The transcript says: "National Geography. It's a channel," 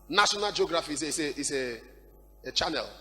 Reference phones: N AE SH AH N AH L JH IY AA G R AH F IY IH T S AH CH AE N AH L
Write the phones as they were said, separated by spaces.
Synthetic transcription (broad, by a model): N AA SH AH N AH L JH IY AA G R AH F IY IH S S AH CH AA N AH L